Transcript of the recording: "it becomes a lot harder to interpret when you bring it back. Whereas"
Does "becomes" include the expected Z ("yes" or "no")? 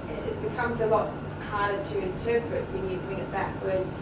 yes